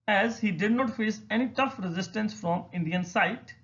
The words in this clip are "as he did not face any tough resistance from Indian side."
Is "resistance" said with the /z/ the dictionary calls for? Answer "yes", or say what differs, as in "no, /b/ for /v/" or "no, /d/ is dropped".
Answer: yes